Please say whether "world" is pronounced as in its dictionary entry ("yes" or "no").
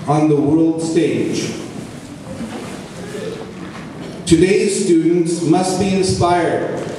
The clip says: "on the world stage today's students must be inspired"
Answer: yes